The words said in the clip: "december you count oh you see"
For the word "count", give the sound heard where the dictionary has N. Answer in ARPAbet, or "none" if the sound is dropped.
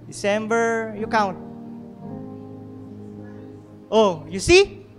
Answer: N